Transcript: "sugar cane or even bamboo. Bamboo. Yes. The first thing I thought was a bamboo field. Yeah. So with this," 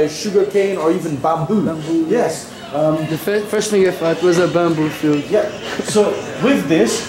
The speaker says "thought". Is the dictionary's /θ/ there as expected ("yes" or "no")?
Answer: no